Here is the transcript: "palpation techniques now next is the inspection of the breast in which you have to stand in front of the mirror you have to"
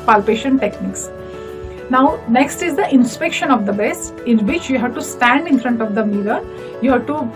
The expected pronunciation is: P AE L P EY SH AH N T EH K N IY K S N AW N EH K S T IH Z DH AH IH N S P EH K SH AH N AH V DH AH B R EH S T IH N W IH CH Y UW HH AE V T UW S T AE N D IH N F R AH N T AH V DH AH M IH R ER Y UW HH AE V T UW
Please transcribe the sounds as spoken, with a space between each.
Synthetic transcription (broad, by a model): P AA L P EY SH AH N T EH K N IY K S N AW N EH K S T IH Z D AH IH N S P EH K SH AH N AH V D AH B EH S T IH N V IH CH Y UW HH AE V T UW S T AE N D IH N F R AH N T AH V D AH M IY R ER Y UW HH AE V T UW